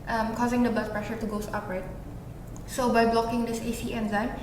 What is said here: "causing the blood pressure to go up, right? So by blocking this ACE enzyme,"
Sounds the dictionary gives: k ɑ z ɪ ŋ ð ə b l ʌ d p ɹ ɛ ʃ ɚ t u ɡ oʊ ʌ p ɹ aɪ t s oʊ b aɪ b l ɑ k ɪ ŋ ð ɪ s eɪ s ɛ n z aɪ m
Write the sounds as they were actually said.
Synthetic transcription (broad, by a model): k ɑ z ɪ ŋ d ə b ʌ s p ɹ ɛ ʃ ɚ t u ɡ oʊ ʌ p ɹ aɪ t s oʊ b aɪ b l ɑ k ɪ ŋ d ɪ s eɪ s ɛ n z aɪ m